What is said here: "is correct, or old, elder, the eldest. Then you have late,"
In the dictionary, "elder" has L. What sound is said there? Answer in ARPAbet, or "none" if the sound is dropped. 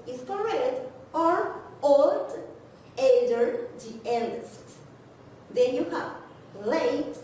N